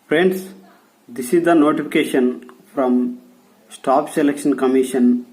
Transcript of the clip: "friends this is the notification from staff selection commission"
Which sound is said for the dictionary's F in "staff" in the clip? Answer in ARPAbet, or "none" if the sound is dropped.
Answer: P